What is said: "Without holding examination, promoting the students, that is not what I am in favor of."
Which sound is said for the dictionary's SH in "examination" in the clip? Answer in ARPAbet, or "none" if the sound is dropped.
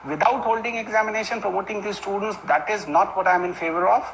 SH